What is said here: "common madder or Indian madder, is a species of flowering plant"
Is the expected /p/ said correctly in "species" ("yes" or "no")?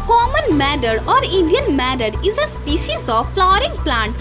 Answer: yes